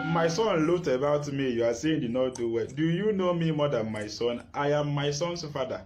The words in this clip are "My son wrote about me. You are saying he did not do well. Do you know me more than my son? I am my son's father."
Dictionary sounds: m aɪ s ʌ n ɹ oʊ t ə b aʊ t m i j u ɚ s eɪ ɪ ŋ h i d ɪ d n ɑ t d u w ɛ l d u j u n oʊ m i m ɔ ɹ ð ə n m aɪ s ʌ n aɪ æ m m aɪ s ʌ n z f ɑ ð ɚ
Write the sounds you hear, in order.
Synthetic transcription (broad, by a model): m aɪ s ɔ n l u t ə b aʊ t m i j u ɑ s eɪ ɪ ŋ d ɪ d n ɑ t d u w ɛ l d u j u n oʊ m i m ɔ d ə n m aɪ s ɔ n aɪ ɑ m m aɪ s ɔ n s f ɑ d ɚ